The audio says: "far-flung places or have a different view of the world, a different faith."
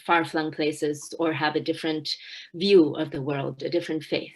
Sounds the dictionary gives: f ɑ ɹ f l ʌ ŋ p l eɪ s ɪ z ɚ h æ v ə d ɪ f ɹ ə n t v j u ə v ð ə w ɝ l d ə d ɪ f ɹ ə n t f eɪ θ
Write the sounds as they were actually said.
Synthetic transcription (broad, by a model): f ɑ ɹ f l ʌ ŋ p l eɪ s ɪ z ɚ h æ v ə d ɪ f ɹ ə n t v j u ə v ð ə w ɝ l d ə d ɪ f ɹ ə n t f eɪ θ